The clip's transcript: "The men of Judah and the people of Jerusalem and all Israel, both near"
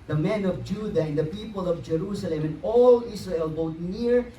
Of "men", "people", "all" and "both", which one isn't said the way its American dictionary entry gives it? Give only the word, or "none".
both